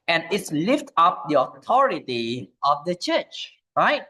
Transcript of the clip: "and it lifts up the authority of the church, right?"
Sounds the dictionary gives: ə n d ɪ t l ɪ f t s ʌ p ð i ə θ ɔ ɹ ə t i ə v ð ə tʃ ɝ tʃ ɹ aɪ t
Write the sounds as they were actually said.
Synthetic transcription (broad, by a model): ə n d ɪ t l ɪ f t ʌ p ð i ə t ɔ ɹ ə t i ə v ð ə tʃ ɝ tʃ ɹ aɪ t